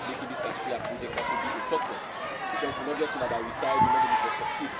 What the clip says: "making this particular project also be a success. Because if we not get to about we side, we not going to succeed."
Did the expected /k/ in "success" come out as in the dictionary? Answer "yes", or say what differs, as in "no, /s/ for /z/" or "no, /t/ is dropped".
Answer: yes